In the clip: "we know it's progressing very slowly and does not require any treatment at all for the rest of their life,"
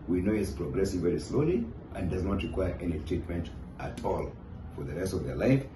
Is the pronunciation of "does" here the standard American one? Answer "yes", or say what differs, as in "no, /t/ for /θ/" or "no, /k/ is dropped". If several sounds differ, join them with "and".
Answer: yes